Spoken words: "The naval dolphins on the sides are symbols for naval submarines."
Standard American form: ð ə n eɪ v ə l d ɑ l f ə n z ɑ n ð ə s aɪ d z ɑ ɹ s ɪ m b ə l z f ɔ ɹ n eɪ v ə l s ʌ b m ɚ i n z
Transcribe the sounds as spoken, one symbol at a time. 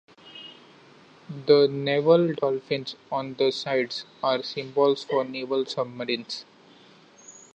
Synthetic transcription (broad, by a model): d ə n eɪ v ə l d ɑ l f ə n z ɑ n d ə s aɪ d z ɑ ɹ s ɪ m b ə l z f ɔ ɹ n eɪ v ə l s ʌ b m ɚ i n s